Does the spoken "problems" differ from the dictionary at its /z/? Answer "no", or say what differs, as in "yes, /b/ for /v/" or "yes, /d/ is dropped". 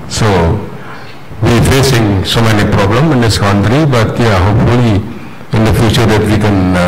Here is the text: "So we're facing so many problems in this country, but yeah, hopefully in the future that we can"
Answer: yes, /z/ is dropped